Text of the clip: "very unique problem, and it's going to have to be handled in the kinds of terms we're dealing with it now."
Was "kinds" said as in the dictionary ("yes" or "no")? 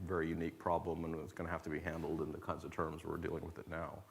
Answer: yes